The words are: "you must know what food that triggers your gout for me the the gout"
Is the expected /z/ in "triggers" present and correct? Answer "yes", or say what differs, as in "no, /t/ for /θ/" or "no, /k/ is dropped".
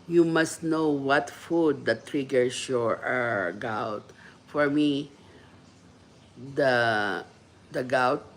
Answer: no, /s/ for /z/